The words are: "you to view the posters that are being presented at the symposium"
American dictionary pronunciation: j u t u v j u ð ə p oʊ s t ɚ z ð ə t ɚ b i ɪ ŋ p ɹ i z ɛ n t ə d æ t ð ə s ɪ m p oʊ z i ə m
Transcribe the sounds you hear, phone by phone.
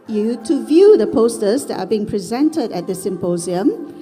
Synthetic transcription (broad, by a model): j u t u v j u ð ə p oʊ s t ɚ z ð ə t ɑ b i ɪ ŋ p ɹ i z ɛ n t ə d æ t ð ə s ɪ m p oʊ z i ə m